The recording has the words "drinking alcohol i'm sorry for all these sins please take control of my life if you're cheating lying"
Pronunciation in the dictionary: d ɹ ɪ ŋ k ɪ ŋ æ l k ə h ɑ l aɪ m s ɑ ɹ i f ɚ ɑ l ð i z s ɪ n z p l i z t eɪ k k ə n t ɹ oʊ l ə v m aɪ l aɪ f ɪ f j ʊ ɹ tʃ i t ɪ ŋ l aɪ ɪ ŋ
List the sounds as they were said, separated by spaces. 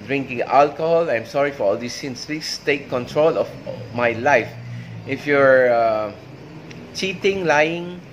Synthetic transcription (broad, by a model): d ɹ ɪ ŋ k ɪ ŋ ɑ l k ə h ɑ l aɪ m s ɑ ɹ i f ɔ ɑ l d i s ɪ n s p i s t eɪ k k ə n t ɹ oʊ l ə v m aɪ l aɪ f ɪ f j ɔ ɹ tʃ i t ɪ ŋ l aɪ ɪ ŋ